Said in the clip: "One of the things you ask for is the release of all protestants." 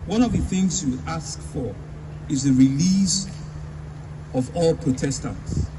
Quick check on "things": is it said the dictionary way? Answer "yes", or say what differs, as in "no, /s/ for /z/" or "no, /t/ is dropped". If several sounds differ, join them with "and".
yes